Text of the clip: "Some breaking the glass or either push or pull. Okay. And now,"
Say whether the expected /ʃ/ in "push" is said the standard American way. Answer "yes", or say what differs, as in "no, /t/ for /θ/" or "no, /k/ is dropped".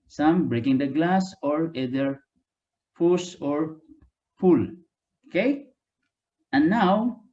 no, /s/ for /ʃ/